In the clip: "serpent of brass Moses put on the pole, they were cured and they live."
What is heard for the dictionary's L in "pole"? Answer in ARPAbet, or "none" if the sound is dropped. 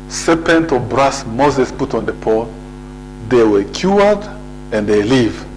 N